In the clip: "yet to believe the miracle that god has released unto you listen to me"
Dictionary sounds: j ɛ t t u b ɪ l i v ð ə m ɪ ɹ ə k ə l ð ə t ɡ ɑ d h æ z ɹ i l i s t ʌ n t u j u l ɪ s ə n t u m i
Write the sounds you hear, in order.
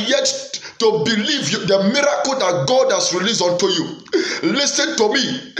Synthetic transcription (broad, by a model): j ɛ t t u b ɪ l i v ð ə m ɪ ɹ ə k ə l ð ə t ɡ ɑ d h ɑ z ɹ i l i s ɔ n t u j u l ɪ s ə n t u m i